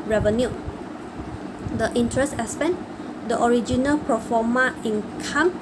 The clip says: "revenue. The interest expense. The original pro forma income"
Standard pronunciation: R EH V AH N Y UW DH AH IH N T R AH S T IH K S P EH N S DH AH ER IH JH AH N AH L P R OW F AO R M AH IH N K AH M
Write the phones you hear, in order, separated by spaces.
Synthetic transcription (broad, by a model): R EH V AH N Y UW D AH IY N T R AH S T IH S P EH N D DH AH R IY JH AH N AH L P R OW F AO M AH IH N K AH M